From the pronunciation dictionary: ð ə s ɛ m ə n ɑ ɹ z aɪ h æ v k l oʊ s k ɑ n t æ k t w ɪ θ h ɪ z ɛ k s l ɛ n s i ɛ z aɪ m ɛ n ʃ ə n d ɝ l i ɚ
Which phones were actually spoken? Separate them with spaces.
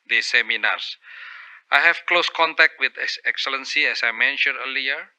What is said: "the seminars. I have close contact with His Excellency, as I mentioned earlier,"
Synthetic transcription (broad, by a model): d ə s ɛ m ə n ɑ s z aɪ h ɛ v k l oʊ s k ɑ n t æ k t w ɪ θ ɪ s ɛ k s l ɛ n s i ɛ s aɪ m ɛ n ʃ ə n d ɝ l i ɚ